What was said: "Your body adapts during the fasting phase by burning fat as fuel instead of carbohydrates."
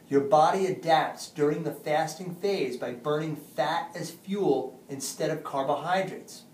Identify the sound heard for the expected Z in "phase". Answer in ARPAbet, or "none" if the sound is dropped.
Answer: Z